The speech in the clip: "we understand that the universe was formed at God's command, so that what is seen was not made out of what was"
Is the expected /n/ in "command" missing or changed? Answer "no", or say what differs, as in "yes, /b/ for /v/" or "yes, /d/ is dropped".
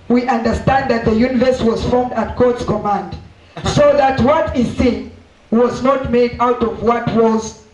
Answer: no